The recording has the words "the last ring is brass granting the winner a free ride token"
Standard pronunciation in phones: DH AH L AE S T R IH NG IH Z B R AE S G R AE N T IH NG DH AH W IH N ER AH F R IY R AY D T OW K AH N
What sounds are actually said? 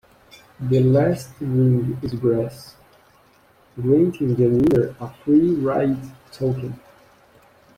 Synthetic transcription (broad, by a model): DH AH L AE S T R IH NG IH Z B R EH S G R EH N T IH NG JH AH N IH ER AH F R IY R AY T OW K AH N